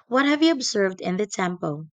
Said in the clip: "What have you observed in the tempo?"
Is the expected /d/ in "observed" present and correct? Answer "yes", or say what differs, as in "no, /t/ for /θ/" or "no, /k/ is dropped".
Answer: yes